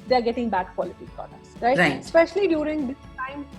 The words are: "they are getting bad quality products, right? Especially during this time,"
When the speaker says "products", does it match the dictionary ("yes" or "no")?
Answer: no